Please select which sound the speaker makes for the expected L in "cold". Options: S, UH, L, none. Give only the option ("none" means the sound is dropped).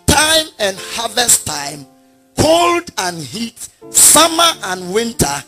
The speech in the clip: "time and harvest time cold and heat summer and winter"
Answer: L